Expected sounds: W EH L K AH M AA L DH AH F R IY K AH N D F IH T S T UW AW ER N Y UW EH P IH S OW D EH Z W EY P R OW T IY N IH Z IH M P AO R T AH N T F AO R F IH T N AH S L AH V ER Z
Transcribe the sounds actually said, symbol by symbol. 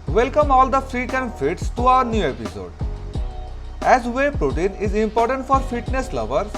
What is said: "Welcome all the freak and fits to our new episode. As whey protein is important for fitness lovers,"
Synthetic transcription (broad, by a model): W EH L K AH M AA L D AH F R IY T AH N F IH T S T UW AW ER N Y UW EH P IH S OW D EH Z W EY P R OW T IY N IH Z IH M P AO R T AH N T F AO R F IH T N AH S L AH V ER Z